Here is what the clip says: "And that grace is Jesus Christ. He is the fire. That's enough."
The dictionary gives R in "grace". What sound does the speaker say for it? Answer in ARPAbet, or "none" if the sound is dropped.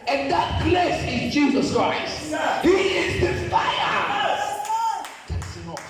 L